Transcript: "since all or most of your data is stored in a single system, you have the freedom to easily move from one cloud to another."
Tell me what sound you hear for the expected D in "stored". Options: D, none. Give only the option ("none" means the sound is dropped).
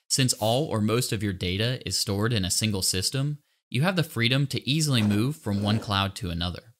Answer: D